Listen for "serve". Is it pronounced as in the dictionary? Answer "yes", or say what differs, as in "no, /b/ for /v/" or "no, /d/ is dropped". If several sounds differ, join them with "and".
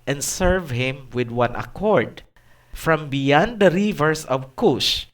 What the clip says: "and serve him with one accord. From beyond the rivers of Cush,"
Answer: yes